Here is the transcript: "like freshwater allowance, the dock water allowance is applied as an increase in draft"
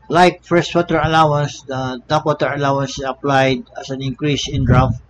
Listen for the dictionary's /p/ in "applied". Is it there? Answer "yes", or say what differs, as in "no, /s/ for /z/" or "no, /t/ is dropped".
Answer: yes